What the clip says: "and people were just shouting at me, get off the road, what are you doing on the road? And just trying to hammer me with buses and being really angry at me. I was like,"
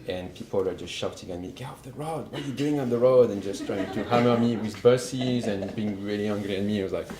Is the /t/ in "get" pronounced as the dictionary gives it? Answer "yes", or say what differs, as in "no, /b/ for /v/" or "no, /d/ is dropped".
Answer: no, /t/ is dropped